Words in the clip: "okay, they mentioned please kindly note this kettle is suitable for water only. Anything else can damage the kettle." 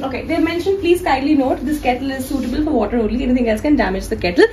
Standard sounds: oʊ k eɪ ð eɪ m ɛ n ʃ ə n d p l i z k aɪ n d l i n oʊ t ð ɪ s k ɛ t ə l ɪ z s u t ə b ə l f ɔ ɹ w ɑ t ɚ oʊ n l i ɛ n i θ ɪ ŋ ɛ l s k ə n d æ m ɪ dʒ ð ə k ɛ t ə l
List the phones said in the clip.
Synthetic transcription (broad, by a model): oʊ k eɪ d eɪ m ɛ n ʃ ə n d p l i z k aɪ d l i n oʊ t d ɪ s k ɛ t ə l ɪ z s u t ə b ə l f ɔ ɹ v ɑ t ɚ oʊ n l i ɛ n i t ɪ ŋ ɛ l s k ə n d æ m ɪ dʒ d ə k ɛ t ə l